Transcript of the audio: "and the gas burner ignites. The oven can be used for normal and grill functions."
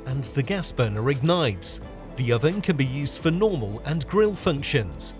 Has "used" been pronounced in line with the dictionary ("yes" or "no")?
yes